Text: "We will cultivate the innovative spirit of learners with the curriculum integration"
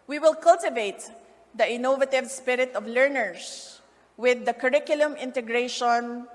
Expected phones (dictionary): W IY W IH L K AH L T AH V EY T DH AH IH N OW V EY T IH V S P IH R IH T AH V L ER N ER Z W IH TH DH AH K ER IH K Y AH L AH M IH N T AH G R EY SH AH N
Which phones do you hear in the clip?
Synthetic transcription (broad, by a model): W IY W IH L K AH L T AH V EY T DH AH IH N OW V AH T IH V S P IH R IH T AH V L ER N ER S W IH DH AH K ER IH K Y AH L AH M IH N T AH G R EY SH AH N